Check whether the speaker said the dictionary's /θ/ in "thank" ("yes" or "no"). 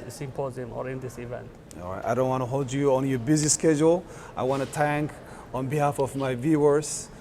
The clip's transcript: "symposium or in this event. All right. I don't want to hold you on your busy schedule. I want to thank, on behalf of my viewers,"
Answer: no